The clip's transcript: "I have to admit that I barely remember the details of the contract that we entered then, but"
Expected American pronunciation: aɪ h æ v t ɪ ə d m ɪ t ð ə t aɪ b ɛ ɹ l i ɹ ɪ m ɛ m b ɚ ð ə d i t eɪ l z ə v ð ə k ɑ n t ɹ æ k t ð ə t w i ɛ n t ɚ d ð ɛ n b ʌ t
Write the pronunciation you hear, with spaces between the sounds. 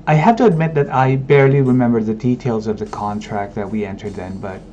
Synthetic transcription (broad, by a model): aɪ h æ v t ɪ ə d m ɪ t ð ə t aɪ b ɛ ɹ l i ɹ ɪ m ɛ m b ɚ ð ə d i t eɪ l z ə v ð ə k ɑ n t ɹ æ k t ð ə t w i ɛ n t ɚ d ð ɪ n b ʌ t